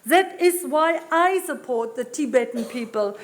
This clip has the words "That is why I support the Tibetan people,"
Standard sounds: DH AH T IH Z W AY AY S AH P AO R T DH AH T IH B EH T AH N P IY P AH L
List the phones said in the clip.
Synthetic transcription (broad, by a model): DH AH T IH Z W AY AY S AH P AO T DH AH T IH B EH T AH N P IY P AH L